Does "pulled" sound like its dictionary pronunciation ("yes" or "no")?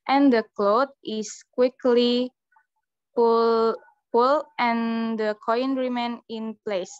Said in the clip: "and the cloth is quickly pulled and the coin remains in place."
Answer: no